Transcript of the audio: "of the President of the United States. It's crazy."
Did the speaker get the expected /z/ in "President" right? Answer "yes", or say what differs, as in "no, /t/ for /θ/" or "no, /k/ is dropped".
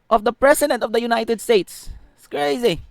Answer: no, /s/ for /z/